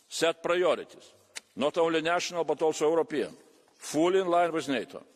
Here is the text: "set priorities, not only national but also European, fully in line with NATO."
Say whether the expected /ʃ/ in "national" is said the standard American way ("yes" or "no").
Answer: yes